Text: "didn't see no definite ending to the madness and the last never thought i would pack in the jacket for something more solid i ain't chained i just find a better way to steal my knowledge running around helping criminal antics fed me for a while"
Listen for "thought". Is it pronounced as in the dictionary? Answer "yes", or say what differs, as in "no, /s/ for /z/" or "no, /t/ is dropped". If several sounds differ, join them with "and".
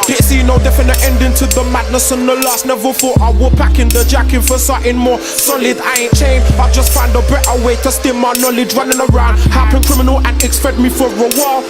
no, /f/ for /θ/